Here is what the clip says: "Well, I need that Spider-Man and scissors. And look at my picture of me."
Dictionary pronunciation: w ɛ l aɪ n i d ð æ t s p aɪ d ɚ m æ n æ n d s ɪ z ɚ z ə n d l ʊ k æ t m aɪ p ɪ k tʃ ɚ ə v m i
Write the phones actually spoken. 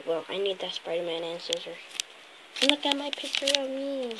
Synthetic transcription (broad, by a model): w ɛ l aɪ n i d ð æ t s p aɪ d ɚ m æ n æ n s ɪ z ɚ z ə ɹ l ʊ k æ t m aɪ p ɪ k tʃ ɚ ə v m i